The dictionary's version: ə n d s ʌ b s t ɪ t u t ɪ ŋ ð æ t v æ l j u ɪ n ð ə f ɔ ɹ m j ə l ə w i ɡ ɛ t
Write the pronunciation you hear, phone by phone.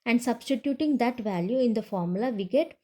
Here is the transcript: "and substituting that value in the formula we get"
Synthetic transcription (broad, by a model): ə n d s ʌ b s t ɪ t u t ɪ ŋ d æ t v æ l j u ɪ n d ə f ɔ ɹ m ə l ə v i ɡ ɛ t